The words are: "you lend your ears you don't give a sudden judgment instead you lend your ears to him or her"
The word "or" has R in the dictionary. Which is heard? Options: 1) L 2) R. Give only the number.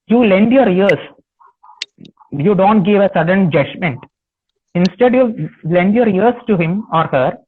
2